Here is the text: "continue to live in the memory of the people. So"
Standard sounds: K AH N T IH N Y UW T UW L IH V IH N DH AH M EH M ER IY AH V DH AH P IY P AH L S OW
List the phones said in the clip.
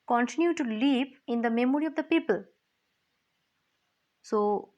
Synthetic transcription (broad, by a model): K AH N T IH N Y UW T UW L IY P IH N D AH M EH M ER IY AH V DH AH P IY P AH L S OW